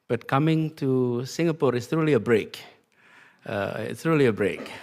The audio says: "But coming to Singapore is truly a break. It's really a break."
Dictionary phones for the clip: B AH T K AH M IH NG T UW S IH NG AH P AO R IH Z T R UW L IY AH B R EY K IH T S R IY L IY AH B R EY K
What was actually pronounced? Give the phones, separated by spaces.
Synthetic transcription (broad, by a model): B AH T K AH M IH NG T UW S IH NG AH P AO R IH S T R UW L IY AH B R EY K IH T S R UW L IY AH B R EY K